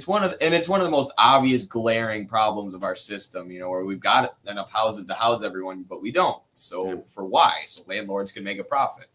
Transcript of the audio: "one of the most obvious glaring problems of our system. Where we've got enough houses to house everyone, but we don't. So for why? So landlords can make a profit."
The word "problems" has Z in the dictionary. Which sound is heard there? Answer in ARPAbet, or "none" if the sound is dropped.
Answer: Z